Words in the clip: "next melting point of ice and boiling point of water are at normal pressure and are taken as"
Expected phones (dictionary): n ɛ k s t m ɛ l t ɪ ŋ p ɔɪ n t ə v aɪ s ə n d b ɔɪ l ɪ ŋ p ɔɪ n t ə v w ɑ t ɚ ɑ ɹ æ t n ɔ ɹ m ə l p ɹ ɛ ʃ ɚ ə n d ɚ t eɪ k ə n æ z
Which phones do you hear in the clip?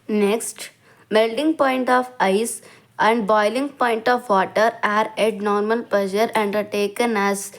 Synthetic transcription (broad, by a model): n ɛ k s t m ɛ l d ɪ ŋ p ɔɪ n t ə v aɪ s ə n d b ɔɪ l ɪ ŋ p ɔɪ n t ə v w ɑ t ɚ ɑ ɹ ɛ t n ɔ ɹ m ə l p l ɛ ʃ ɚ ə n d ɚ t eɪ k ə n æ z